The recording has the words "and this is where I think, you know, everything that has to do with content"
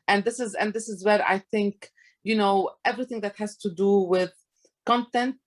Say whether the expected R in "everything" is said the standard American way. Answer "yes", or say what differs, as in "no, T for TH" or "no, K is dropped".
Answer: yes